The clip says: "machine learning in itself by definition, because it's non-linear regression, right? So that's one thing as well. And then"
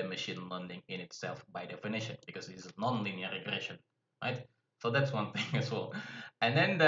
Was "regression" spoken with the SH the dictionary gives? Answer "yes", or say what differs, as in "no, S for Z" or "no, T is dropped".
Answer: yes